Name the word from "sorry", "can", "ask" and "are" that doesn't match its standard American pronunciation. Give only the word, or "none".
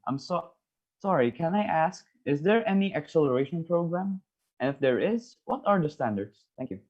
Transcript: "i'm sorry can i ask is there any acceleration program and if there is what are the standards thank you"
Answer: none